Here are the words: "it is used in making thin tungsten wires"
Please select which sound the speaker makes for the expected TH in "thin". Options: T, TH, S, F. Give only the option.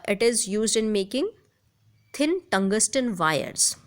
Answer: T